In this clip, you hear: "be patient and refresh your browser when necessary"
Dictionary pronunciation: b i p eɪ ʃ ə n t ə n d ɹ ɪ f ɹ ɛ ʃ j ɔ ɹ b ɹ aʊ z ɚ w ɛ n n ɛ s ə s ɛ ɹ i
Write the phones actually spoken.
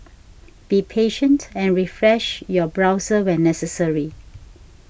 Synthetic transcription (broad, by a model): b i p eɪ ʃ ə n t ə n ɹ ɪ f ɹ ɛ ʃ j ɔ b ɹ aʊ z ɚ w ɛ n n ɛ s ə s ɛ ɹ i